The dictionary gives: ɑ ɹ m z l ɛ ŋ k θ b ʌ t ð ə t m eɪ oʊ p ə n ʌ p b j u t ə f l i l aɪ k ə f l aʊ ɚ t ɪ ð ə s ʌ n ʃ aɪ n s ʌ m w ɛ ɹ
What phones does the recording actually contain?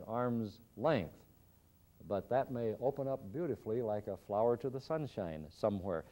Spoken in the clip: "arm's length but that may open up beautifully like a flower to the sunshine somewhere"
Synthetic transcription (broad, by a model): ɑ ɹ m z l ɛ ŋ k θ b ʌ t ð ə t m eɪ oʊ p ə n ʌ p b j u t ə f l i l aɪ k ə f l aʊ ɚ t ɪ ð ə s ʌ n ʃ aɪ n s ʌ m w ɛ ɹ